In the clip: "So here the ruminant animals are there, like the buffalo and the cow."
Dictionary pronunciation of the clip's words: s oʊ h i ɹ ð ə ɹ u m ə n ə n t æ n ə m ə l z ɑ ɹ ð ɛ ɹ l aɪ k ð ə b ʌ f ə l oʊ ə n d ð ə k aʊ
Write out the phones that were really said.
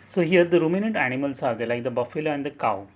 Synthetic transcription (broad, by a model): s oʊ h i ɹ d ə ɹ u m ə n ə n t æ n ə m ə l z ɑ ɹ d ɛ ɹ l aɪ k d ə b ʌ f ə l oʊ ə n d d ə k aʊ